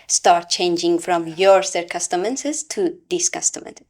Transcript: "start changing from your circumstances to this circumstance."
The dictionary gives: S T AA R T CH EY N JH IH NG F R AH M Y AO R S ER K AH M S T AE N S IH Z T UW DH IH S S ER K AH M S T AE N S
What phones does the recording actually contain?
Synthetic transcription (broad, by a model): S T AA R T CH EY N JH IH NG F R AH M Y AO R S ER K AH S T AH N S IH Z T UW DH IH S S K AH S T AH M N